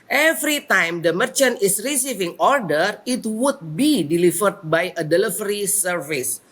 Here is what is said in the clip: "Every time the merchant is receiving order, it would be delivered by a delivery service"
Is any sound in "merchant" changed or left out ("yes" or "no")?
no